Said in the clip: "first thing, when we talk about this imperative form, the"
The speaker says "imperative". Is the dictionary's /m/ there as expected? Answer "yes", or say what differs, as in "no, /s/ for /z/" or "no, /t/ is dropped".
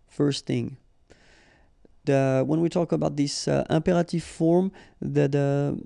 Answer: yes